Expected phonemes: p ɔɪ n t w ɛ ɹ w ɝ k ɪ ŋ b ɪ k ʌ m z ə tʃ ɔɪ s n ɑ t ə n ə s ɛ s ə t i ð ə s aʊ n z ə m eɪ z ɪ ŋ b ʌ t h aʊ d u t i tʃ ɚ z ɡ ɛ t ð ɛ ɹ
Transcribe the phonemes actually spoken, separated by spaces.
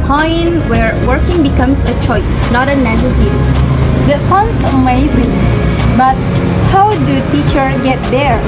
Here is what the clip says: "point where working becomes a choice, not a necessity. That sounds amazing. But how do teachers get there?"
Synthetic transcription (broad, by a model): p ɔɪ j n w ɛ ɹ w ɝ k ɪ ŋ b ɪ k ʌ m s ə tʃ ɔɪ s n ɑ t ə n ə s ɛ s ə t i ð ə s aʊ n s ə m eɪ z ɪ ŋ b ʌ t h aʊ d u t i tʃ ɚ ɡ ɛ t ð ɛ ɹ